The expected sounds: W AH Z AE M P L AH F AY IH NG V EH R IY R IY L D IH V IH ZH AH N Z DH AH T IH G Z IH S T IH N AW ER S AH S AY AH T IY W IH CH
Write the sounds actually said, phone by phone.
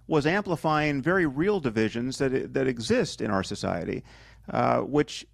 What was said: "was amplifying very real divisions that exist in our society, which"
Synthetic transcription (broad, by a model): W AH Z AE M P L AH F AY IH NG V EH R IY R IY L D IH V IH ZH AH N Z DH AH T IH G Z IH S T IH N AW ER S AH S AY AH T IY W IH CH